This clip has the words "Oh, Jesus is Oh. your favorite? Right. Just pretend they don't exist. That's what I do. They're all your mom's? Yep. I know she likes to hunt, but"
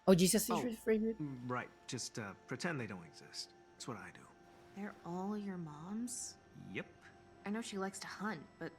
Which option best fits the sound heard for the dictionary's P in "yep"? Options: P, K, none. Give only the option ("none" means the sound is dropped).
P